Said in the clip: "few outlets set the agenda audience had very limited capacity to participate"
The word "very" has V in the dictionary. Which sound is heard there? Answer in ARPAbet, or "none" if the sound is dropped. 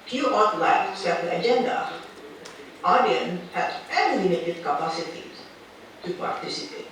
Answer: F